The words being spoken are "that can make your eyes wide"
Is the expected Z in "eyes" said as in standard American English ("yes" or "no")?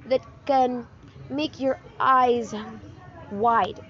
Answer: yes